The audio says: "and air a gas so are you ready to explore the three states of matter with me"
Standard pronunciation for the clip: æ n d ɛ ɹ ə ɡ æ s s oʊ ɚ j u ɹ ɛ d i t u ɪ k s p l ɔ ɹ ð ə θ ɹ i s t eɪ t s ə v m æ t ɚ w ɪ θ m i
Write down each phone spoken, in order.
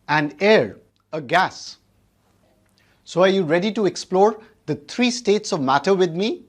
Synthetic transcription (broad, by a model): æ n d ɛ ɹ ə ɡ æ s s oʊ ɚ j u ɹ ɛ d i t u ɪ k s p l ɔ ɹ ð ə t ɹ i s t eɪ t s ə v m æ t ɚ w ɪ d m i